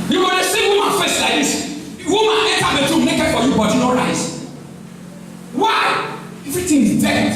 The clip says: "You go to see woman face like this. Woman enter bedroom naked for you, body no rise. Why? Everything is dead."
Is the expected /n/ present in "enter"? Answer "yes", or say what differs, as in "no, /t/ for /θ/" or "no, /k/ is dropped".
no, /n/ is dropped